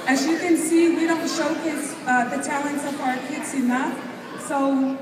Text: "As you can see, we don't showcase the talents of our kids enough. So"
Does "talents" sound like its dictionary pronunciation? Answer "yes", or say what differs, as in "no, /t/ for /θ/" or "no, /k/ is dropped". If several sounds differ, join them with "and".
yes